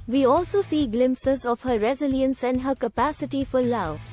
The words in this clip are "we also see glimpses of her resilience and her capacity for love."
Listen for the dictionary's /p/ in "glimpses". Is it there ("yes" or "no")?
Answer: yes